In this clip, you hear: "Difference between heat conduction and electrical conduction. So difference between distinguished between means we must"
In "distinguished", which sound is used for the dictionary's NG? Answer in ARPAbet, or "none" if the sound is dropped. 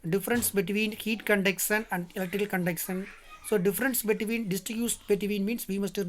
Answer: none